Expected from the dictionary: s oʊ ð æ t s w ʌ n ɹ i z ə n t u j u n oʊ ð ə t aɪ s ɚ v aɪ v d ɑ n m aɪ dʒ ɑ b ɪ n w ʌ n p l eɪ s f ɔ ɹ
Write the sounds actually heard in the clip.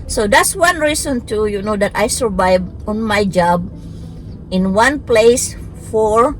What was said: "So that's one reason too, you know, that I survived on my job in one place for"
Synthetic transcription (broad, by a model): s oʊ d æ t s w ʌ n ɹ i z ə n t u j u n oʊ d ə t aɪ s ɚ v aɪ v ɑ n m aɪ dʒ ɑ b ɪ n w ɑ n p l eɪ s f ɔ ɹ